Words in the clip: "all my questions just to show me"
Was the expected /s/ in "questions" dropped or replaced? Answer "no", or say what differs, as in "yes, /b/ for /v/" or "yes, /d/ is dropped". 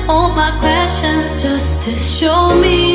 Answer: yes, /s/ is dropped